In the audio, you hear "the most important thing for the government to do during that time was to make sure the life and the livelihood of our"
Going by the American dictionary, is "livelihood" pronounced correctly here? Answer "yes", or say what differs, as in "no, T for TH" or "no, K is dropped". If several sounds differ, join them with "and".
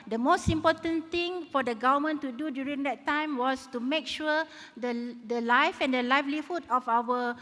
no, F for V